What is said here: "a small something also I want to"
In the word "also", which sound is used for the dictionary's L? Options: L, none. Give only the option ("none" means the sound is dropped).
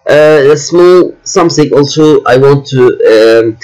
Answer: L